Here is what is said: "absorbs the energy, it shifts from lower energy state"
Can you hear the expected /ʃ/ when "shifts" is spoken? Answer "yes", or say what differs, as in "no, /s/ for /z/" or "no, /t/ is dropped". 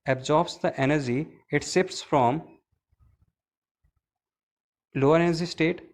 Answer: no, /s/ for /ʃ/